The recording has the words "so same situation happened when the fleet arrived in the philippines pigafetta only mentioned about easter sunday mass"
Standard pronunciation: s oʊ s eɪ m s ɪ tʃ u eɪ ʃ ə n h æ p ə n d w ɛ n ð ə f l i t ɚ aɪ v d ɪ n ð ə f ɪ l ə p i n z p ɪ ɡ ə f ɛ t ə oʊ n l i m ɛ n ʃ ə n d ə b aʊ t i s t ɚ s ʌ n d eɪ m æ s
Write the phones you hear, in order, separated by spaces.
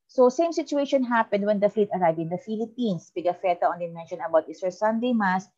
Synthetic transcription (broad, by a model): s oʊ s eɪ m s ɪ tʃ u eɪ ʃ ə n h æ p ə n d w ɛ n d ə f l i t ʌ aɪ v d ɪ n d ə f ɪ l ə p i n s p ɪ ɡ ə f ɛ t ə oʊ n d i m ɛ n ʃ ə n ə b aʊ t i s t s ʌ n d eɪ m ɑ s